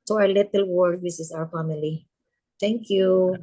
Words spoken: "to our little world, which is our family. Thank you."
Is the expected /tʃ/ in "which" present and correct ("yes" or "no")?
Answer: no